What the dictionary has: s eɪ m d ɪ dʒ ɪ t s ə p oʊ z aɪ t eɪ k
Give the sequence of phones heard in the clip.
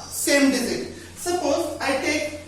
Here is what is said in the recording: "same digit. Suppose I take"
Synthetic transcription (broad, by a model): s eɪ m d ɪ z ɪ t s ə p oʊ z aɪ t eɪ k